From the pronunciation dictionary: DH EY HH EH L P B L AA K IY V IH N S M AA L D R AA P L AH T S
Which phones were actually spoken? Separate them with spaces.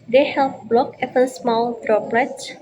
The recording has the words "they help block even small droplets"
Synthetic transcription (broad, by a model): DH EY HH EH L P B L AA K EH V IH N S M AA L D R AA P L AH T